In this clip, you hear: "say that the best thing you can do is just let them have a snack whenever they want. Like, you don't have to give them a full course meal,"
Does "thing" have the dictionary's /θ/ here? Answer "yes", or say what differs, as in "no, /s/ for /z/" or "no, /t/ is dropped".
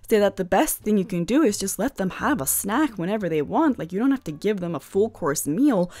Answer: yes